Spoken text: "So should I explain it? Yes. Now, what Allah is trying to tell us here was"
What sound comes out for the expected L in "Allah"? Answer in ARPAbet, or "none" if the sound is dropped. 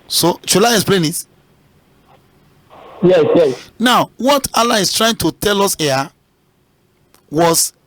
L